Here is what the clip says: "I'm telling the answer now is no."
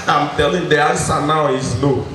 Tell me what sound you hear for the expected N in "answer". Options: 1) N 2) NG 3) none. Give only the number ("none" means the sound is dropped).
3